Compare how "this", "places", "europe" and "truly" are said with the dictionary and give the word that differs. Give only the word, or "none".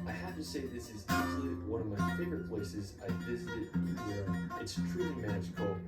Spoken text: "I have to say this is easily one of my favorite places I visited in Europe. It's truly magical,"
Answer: europe